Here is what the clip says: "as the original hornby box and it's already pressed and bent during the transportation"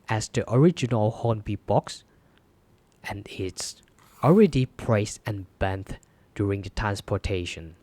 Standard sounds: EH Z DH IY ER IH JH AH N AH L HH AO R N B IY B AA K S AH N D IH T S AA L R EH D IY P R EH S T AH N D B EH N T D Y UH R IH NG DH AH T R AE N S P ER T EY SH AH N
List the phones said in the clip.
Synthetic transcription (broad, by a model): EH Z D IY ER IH JH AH N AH L HH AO N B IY B AA K S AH N IH T S AA L R EH D IY P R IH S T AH N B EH N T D Y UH R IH NG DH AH T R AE N S P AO T EY SH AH N